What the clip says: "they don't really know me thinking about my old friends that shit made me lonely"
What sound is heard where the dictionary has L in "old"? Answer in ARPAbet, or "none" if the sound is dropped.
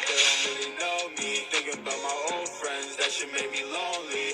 L